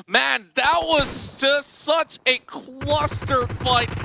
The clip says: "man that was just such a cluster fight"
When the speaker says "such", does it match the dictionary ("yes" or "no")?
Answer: yes